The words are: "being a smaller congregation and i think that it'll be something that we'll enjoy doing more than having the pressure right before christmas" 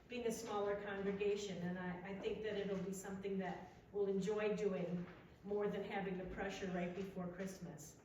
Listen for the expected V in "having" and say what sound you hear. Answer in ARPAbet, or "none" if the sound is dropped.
V